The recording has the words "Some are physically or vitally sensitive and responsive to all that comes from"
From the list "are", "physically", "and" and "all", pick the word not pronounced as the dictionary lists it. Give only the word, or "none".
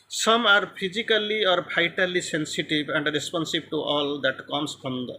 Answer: physically